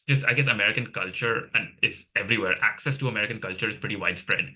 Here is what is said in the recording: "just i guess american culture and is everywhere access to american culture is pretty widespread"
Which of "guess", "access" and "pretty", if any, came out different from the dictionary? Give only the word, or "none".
none